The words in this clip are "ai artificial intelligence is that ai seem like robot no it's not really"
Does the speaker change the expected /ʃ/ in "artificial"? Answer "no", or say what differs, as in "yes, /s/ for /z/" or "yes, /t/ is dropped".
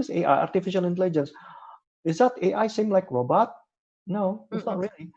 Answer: no